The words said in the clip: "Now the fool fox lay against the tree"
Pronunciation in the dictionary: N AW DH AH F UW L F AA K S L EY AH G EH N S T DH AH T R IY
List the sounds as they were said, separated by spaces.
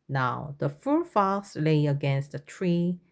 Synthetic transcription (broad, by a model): N AW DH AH F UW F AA S L EY AH G EH N S T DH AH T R IY